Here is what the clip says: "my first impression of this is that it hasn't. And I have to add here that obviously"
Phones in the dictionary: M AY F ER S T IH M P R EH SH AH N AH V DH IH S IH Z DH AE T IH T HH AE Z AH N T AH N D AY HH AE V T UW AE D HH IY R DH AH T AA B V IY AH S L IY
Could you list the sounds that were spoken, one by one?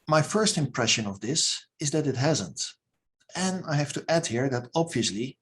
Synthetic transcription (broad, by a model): M AY F ER S T IH M P R EH SH AH N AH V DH IH S IH Z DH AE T IH T HH AE Z AH N T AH N AY HH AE F T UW AE D HH IY R DH AH T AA B V IY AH S L IY